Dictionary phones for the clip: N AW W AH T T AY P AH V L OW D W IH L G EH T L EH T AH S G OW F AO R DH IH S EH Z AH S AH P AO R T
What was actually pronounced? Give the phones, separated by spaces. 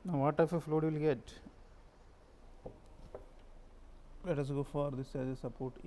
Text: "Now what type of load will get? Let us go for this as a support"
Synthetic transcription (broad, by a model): N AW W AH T T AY F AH F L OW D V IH L G EH T L EH T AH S G OW F AO R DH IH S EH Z AH S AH P AO R T